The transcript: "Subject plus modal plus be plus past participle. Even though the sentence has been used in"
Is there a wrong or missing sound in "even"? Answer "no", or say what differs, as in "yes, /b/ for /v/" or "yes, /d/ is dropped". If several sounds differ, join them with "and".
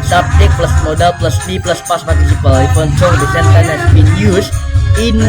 yes, /f/ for /v/